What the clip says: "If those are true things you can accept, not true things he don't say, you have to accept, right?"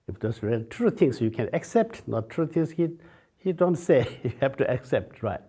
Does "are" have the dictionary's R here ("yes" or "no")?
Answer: no